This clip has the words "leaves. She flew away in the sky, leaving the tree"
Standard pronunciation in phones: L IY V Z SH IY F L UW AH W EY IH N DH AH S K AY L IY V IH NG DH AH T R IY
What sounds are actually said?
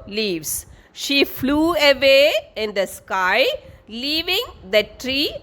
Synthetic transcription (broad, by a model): L IY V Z SH IY F L UW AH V EY IH N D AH S K AY L IY V IH NG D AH T R IY